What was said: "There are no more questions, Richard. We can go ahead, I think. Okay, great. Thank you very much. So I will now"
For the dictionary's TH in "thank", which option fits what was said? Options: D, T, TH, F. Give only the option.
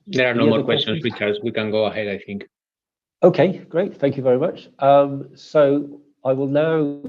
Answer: TH